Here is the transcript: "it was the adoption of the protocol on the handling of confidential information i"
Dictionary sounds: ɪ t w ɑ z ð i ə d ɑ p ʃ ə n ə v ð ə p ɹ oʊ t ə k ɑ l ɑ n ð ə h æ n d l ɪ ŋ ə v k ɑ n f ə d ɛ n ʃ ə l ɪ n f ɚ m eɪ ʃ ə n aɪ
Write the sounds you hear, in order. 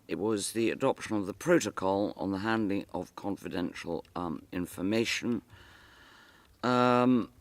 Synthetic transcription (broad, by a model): ɪ t w ɑ z ð i ə d ɑ p ʃ ə n ə v ð ə p ɹ oʊ t ə k ɑ l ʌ n ð ə h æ n d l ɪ ŋ ə v k ɑ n f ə d ɛ n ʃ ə l ɪ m f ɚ m eɪ ʃ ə n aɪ